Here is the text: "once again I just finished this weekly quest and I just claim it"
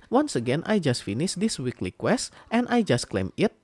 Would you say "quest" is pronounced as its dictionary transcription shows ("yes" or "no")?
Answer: yes